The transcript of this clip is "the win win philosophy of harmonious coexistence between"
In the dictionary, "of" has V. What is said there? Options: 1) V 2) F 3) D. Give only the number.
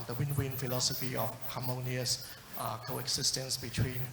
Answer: 2